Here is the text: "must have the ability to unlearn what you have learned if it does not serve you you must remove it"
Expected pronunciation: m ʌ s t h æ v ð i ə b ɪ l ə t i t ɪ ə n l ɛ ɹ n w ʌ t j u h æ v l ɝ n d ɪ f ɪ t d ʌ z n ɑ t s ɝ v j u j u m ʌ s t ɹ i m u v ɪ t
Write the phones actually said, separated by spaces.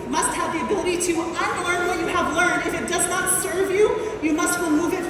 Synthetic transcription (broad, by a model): m ʌ s t h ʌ v ð i ə b ɪ l ə t i t ɪ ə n l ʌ ɹ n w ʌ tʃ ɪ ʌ v l ɝ n d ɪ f ɪ t d ʌ z n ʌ t s ɝ v j u j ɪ m ʌ s t w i m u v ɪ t